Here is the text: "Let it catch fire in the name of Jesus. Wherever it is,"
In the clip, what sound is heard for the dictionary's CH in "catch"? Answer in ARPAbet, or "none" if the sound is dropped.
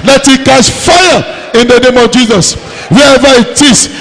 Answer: S